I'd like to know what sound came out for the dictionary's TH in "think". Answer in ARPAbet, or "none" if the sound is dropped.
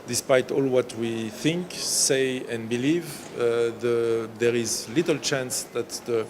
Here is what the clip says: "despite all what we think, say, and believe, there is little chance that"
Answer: TH